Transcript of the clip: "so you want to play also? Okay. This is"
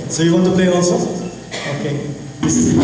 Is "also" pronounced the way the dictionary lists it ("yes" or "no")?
no